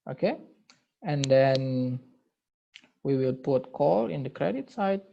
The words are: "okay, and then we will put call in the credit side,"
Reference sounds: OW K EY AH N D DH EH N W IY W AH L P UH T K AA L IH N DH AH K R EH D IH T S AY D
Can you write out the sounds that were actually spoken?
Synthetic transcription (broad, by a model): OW K EY AH N D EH N W IY W AH L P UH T K AA L IH N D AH K R EH D IH T S AY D